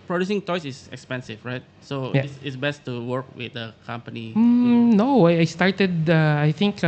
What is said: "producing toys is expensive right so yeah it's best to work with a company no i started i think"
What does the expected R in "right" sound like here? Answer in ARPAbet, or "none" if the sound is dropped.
R